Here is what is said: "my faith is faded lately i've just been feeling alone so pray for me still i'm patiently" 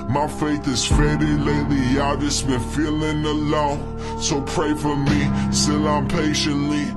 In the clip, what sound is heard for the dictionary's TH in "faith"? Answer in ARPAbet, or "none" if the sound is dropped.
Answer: TH